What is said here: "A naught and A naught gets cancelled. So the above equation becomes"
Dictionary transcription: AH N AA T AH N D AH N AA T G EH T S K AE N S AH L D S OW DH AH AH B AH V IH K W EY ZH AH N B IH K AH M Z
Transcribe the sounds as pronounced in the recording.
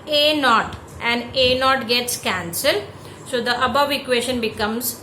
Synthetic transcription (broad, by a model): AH N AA T AH N D AH N AA T G EH T S K AE N S AH L D S OW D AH AH B AH V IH K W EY SH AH N B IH K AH M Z